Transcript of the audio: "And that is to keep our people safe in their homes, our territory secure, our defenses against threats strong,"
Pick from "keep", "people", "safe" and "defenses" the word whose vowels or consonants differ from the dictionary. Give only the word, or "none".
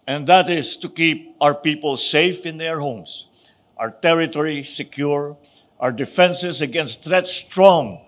defenses